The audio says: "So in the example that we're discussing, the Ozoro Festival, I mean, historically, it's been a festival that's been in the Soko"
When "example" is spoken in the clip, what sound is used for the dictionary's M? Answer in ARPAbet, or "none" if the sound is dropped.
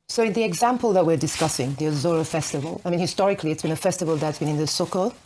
M